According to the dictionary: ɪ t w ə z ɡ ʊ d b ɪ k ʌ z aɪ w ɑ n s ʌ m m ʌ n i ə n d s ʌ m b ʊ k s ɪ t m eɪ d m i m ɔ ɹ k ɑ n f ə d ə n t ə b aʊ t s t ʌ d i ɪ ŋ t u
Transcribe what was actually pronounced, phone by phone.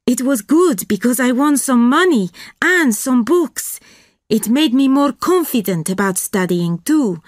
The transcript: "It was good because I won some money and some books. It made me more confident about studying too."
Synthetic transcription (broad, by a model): ɪ t w ə z ɡ ʊ d b ɪ k ʌ z aɪ w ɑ n s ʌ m m ʌ n i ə n s ʌ m b ʊ k s ɪ t m eɪ d m i m ɔ ɹ k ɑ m f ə d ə n t ə b aʊ t s t ʌ d i ɪ ŋ t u